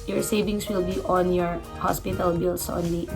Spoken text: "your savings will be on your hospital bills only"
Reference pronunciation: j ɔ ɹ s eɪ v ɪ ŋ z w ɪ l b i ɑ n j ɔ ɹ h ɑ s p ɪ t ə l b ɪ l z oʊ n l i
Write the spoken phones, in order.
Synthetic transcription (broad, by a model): j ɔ ɹ s eɪ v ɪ ŋ s w ɪ l b i ɑ n j ɔ ɹ h ɑ s p ɪ t ə l b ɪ l s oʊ n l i